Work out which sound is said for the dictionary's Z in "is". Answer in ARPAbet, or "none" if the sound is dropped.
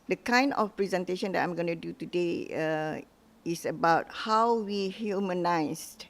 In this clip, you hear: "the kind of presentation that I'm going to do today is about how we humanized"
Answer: S